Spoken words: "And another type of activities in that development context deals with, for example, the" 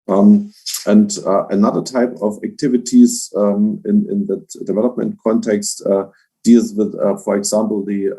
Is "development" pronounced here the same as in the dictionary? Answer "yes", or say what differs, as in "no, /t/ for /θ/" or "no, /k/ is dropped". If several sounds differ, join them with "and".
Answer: yes